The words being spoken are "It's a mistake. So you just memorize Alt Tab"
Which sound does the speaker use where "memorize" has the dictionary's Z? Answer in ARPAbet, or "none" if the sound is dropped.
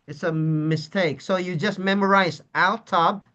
Z